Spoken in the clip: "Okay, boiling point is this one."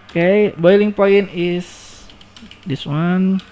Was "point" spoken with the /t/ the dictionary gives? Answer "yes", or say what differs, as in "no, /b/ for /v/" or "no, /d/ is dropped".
no, /t/ is dropped